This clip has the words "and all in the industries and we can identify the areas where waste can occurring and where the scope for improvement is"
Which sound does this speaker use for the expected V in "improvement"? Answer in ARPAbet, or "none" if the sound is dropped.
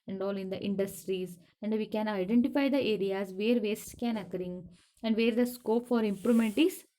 none